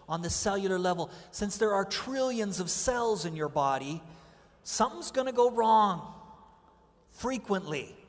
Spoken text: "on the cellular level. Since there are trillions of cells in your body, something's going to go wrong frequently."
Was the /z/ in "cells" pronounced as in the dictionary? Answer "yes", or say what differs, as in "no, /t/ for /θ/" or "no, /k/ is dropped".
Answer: yes